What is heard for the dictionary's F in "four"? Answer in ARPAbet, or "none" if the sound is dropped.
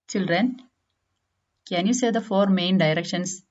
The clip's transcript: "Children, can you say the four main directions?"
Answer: F